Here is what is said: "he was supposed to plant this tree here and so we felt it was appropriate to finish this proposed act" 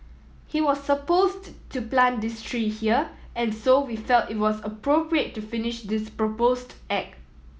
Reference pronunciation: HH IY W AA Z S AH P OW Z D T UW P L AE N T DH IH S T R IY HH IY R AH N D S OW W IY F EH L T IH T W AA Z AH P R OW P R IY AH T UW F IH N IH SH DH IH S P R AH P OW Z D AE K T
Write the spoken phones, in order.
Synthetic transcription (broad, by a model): HH IY W AA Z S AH P OW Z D T UW P L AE N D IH S T R IY HH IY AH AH N S OW W IY F EH L T IH T W AA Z AH P R OW P R IY AH T UW F IH N IH SH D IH S P R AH P OW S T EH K